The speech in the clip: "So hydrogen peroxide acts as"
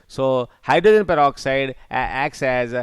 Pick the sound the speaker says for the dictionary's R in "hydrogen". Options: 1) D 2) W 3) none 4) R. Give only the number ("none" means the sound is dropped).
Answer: 3